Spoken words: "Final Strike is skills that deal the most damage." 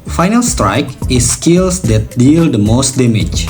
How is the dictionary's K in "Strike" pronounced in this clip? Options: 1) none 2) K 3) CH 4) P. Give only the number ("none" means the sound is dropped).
2